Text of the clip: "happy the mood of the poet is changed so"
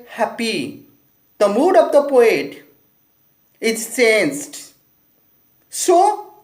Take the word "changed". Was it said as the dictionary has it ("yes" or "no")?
no